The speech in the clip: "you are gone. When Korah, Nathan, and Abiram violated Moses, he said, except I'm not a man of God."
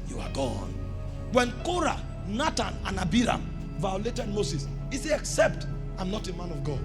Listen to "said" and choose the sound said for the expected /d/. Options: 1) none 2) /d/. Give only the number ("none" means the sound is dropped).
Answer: 1